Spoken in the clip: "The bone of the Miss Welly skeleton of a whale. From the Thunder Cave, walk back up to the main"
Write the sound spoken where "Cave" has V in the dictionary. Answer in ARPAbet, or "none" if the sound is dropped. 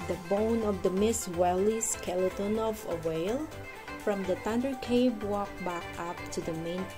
B